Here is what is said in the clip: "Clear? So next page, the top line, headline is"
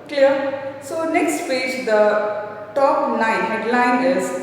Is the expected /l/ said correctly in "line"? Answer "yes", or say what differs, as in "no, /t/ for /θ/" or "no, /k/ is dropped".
no, /n/ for /l/